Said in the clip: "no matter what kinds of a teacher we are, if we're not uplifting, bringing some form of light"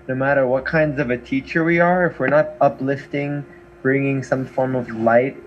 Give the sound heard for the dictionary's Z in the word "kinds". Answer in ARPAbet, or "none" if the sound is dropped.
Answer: Z